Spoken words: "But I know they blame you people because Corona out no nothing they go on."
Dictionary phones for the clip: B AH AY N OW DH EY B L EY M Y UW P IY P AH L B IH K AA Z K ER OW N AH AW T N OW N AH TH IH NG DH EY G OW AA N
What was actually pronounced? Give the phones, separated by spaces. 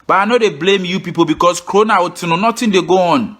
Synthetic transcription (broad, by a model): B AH AY N OW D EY B L EY M Y UW P IY P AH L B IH K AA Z K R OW N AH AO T N OW N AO T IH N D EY G OW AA N